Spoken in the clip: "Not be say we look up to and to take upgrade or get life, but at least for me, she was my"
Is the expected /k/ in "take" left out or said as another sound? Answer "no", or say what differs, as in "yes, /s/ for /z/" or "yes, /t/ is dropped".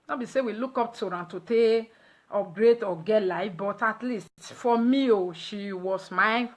yes, /k/ is dropped